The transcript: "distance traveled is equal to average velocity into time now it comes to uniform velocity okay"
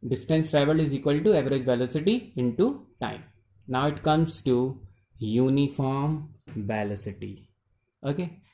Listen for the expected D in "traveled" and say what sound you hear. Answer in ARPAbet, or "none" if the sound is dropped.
none